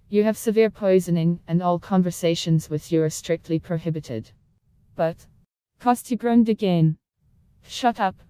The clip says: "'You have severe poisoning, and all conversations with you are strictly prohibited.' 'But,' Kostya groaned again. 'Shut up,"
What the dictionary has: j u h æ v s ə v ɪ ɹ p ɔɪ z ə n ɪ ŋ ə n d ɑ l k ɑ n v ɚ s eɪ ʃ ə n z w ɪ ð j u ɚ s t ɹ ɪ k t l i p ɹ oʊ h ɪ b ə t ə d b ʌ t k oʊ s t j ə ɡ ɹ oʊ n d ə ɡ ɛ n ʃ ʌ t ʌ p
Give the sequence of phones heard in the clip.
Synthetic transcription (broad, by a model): j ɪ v s ə v ɪ ɹ p ɔɪ z ə n ɪ ŋ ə n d ɑ l k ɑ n v ɚ s eɪ ʃ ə n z w ɪ ð j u ɚ s t ɹ ɪ k t l i p ɹ oʊ h ɪ b ə t ə d b ʌ t k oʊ s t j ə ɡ ɹ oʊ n d ə ɡ ɛ n ʃ ʌ t ʌ p